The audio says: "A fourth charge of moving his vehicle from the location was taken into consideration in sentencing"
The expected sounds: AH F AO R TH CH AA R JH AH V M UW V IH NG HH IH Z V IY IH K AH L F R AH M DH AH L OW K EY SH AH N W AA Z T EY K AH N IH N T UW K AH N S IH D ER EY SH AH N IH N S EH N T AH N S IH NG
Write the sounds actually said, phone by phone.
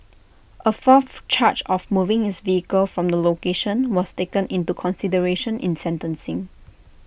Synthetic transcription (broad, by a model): AH F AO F CH AA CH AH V M UW V IH NG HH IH S V IY IH K AH L F R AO M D AH L OW K EY SH AH N W AA S T EY K AH N IH N T UW K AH N S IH D ER EY SH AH N IH N S EH N T AH N S IH NG